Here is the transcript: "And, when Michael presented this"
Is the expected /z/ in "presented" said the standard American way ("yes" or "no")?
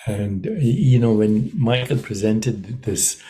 yes